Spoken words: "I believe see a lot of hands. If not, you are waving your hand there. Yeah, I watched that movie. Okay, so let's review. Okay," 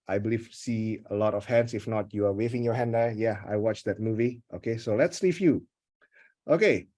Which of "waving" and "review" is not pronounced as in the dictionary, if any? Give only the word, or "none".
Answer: review